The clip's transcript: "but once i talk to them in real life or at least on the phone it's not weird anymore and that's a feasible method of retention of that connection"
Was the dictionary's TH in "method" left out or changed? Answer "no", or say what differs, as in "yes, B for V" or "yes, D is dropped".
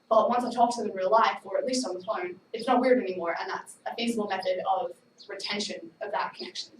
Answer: no